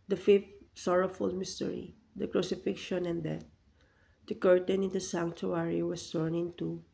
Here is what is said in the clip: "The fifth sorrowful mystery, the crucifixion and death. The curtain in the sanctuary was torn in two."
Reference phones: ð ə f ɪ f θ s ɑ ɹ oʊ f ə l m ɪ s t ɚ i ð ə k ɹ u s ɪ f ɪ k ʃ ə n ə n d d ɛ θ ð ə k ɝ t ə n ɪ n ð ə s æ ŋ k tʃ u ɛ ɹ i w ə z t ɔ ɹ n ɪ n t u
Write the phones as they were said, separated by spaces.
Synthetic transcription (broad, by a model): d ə f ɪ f t s ɑ ɹ oʊ f ə l m ɪ s t ɚ i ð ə k ɹ u s ɪ f ɪ k ʃ ə n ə n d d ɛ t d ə k ɝ t ə n ɪ n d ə s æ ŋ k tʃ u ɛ ɹ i w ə s t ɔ ɹ n ɪ n t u